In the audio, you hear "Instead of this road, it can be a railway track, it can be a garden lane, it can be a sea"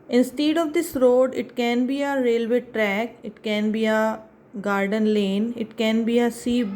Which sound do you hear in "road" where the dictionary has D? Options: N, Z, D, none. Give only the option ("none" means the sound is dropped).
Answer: D